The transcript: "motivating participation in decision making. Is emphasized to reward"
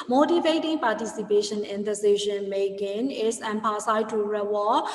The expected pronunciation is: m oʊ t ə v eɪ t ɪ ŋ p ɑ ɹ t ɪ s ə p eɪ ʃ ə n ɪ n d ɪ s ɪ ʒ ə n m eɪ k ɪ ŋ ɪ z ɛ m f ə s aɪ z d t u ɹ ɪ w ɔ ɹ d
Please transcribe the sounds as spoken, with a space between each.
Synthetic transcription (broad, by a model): m oʊ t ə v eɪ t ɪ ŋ p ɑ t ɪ s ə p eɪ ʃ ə n ɪ n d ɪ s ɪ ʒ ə n m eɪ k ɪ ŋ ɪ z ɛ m p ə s aɪ t u ɹ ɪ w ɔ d